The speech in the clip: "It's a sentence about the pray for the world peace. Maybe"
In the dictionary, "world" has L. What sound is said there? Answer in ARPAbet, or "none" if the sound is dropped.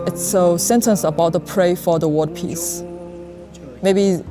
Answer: none